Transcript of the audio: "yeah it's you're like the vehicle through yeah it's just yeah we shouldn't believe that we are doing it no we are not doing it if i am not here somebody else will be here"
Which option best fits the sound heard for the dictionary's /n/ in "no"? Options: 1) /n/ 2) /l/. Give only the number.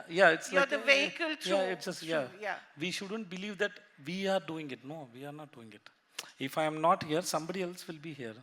1